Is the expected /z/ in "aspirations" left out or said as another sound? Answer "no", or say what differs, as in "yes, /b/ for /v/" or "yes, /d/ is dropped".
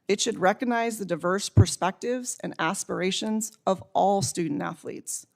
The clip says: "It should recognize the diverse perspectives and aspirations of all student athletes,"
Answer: no